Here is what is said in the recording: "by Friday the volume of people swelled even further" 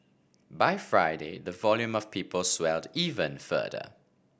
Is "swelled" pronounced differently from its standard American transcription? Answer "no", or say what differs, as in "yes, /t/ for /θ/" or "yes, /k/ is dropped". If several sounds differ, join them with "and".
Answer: no